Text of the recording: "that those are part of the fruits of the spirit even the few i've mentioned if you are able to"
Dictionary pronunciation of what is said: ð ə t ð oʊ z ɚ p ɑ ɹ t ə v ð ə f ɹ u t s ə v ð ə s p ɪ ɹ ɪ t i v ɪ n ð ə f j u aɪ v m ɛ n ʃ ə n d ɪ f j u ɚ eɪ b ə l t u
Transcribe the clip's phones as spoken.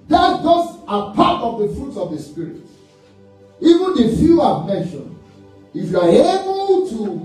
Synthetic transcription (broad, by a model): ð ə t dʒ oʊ s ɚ p ɑ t ə v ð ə f ɹ u t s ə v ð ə s p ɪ ɹ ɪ t i v ɪ n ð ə f j u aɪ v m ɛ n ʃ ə n ɪ f j u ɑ eɪ b ə l t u